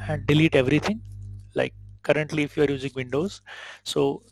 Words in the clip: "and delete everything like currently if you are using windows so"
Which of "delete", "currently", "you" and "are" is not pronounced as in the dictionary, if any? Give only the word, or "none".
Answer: none